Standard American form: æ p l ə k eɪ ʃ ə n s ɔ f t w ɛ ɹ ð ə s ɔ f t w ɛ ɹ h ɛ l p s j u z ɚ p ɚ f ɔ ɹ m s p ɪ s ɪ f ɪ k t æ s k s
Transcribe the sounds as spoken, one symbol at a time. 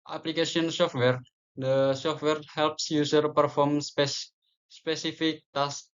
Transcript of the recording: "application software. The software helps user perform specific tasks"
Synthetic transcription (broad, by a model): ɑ p l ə k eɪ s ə n s ɔ f t w ɛ ɹ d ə s ɔ f t w ɛ ɹ h ɛ l p s j u s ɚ p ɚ f ɔ ɹ m s p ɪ s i f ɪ k t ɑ s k